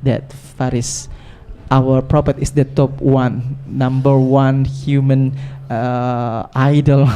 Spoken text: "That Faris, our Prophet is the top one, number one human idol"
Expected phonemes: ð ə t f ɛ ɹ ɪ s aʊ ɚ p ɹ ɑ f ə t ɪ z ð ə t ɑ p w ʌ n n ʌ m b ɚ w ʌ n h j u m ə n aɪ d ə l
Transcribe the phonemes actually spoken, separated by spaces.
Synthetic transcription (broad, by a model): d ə t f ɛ ɹ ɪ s aʊ ɚ p ɹ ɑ p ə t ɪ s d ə t ɑ p w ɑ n n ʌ m b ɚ w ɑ n h j u m ə n aɪ d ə l